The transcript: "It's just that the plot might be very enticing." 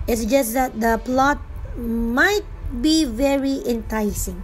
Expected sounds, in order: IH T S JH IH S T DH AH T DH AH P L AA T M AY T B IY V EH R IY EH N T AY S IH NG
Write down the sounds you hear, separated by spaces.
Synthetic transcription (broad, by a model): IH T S JH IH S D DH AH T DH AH P L AA T M AY T B IY V EH R IY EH N T AY S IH NG